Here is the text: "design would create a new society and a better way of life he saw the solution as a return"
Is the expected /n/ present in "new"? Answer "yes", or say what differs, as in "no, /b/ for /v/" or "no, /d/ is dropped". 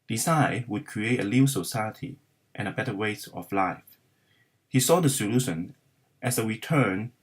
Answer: no, /l/ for /n/